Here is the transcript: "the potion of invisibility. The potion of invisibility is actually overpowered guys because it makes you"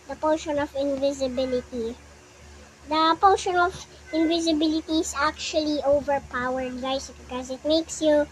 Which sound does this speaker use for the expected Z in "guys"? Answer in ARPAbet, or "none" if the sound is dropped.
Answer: S